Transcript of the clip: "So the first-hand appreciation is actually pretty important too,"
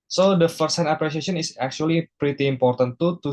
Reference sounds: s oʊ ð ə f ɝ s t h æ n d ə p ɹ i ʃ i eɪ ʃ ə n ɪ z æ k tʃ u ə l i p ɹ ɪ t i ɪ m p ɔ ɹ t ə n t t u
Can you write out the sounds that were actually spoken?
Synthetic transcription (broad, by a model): s oʊ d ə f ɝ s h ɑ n ə p ɹ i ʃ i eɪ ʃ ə n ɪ s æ k tʃ u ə l i p ɹ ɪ t i m p ɔ ɹ t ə n t t